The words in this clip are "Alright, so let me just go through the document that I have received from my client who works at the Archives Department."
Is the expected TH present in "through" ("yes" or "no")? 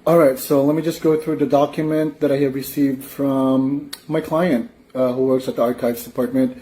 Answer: yes